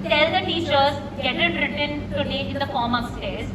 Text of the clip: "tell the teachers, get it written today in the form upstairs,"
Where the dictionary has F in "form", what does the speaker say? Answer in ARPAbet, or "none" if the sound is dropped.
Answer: F